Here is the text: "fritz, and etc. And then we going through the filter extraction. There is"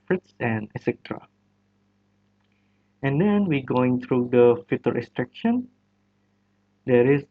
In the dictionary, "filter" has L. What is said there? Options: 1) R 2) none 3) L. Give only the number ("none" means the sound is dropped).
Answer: 2